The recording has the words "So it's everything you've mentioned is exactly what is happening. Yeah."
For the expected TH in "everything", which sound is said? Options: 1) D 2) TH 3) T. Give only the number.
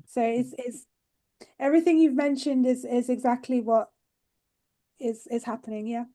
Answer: 2